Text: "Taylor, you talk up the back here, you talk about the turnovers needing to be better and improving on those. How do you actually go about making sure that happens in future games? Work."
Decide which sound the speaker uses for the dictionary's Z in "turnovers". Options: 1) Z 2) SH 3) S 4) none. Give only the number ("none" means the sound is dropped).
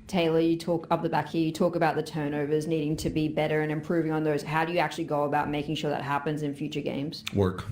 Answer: 1